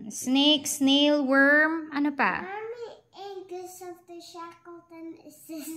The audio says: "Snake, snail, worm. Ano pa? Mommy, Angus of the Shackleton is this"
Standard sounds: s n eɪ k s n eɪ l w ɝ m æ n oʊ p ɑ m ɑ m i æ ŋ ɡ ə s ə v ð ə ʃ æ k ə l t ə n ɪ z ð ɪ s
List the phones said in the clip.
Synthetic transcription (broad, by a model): s n eɪ k s n eɪ l w ɝ m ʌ n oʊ p ɑ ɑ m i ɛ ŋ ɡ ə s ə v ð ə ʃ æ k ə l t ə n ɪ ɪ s